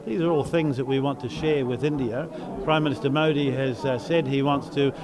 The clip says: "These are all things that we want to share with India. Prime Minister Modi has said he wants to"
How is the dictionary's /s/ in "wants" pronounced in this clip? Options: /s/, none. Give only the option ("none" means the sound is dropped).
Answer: /s/